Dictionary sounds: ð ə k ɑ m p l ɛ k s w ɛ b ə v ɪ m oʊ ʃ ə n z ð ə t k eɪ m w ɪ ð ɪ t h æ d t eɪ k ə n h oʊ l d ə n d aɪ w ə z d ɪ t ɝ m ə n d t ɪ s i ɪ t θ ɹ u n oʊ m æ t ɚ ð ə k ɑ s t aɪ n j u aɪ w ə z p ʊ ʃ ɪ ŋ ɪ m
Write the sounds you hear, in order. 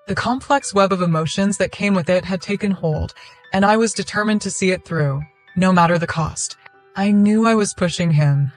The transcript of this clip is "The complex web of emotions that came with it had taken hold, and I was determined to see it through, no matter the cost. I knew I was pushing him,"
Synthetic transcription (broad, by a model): ð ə k ɑ m p l ɛ k s w ɛ b ə v ɪ m oʊ ʃ ə n z ð ə t k eɪ m w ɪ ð ɪ t h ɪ d t eɪ k ə n h oʊ l d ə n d aɪ w ə z d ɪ t ɝ m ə n t ɪ s i ɪ t θ ɹ u n oʊ m æ t ɚ ð ə k ɑ s t aɪ n j u aɪ w ə z p ʊ ʃ ɪ ŋ ɪ m